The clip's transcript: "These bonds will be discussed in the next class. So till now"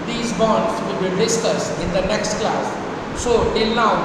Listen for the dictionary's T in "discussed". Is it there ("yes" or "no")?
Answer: no